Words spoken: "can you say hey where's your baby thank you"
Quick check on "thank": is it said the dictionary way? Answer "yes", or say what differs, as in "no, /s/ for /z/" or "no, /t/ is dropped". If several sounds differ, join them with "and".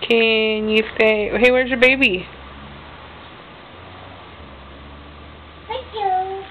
no, /ŋ/ is dropped